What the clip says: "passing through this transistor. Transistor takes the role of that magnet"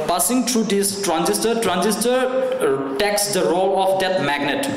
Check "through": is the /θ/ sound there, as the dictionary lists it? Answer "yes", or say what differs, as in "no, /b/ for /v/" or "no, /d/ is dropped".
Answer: no, /t/ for /θ/